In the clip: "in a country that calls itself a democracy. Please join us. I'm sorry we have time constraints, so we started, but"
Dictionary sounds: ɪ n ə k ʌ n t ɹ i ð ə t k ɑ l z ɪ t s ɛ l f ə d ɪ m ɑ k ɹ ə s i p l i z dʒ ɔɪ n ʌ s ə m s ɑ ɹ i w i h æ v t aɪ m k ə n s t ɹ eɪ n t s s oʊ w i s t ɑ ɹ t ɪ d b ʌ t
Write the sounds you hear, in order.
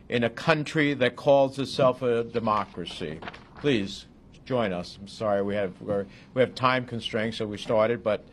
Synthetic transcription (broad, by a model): ɪ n ə k ʌ n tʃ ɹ i ð ə t k ɑ l z ɪ t s ɛ l f ə d ɪ m ɑ k ɹ ə s i p l i z dʒ ɔɪ n ʌ s ə m s ɑ ɹ i w i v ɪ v t aɪ m k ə n s t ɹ eɪ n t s s oʊ w i s t ɑ ɹ t ɪ d b ʌ t